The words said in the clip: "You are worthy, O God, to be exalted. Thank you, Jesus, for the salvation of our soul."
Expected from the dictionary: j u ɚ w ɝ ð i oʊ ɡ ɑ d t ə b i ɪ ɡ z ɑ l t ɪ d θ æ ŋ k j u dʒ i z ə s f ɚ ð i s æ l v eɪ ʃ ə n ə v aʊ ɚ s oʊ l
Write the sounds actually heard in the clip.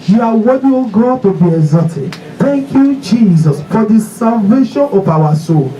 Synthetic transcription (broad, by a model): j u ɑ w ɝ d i oʊ ɡ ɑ t ə b i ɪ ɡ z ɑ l t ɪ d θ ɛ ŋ k j u dʒ i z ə s f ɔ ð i s æ l v eɪ ʃ ə n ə p aʊ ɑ s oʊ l